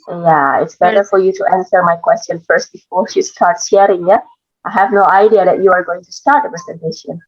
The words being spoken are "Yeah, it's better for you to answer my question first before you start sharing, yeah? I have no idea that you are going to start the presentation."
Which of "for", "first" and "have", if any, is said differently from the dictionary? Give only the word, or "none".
none